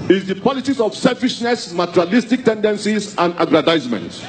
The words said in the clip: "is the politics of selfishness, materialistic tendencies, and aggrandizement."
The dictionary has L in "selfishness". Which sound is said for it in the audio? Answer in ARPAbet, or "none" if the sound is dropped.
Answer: L